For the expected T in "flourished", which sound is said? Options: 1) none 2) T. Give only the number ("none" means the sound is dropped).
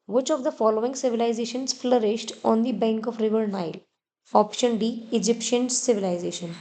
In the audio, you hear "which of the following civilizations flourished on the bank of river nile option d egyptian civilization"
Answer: 2